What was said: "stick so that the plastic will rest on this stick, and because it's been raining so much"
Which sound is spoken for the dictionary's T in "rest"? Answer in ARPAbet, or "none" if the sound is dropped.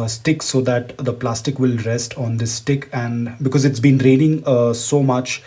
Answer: T